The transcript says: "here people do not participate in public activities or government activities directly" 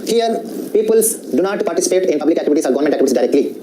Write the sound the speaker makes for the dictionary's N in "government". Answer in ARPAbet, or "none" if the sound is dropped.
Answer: none